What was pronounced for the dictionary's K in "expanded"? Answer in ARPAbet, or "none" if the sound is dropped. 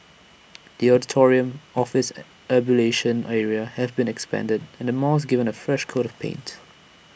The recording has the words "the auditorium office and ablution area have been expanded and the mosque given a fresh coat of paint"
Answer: K